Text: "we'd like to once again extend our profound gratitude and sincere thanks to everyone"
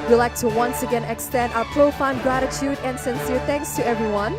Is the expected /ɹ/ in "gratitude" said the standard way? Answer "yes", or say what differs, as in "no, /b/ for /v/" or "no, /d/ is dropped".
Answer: yes